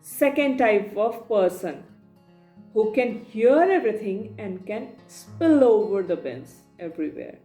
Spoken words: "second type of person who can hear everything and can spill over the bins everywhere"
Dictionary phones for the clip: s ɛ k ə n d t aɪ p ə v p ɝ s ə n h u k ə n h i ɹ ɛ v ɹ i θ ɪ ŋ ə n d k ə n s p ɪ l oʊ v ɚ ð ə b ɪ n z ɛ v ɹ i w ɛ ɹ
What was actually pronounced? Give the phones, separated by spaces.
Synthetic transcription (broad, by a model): s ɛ k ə n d t aɪ p ə v p ɝ s ə n h u k ə n h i ɹ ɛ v ɹ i t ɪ ŋ ə n d k ə n s p ɪ l oʊ v ɚ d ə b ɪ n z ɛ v ɹ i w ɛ ɹ